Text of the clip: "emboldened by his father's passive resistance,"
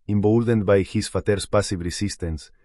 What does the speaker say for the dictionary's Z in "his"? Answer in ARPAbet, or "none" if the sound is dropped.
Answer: S